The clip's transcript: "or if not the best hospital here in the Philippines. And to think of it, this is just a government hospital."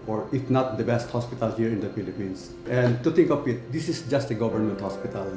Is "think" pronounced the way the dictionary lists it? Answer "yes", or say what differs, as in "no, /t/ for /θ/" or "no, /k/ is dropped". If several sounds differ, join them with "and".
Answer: no, /t/ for /θ/